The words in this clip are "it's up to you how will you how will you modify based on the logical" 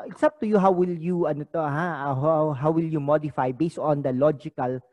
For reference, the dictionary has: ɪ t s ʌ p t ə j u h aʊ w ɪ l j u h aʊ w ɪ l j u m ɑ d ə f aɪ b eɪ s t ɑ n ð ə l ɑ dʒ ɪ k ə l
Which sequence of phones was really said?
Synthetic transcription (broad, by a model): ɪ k s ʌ p t ə j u h aʊ w ɪ l j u h aʊ w ɪ l j u m ɑ d ə f aɪ b eɪ s t ɑ n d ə l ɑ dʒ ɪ k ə l